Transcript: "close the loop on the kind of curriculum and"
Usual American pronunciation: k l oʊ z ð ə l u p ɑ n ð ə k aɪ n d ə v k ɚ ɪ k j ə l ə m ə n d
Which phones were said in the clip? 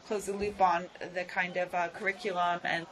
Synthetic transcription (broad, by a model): k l oʊ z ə l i b ɑ n ð ə k aɪ n d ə v k ɚ ɪ k j l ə m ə n